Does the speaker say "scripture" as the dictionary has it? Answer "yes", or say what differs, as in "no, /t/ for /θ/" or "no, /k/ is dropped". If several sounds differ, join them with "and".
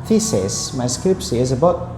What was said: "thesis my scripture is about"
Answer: no, /s/ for /tʃ/